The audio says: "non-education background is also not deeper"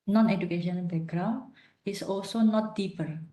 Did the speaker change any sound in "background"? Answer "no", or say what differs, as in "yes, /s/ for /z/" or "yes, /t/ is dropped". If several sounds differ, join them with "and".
yes, /d/ is dropped